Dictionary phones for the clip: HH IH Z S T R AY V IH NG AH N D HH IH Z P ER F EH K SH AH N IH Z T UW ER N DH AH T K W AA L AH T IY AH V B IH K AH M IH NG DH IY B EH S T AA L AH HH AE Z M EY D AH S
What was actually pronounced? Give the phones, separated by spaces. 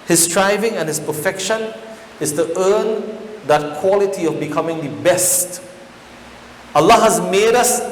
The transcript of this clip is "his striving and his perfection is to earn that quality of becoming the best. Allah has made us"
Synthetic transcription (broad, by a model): HH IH S T R AY V IH NG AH N HH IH S P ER F EH K SH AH N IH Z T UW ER N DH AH T K W AA L AH T IY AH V B IH K AH M IH NG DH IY B EH S T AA L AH HH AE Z M EY D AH S